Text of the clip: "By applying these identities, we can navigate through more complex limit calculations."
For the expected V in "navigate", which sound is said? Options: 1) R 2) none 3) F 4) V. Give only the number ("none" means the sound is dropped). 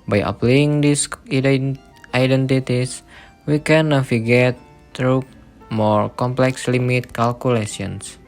3